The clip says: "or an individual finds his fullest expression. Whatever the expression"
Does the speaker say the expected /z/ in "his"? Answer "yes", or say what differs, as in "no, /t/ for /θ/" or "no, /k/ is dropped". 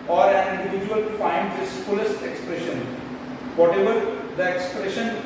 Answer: no, /s/ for /z/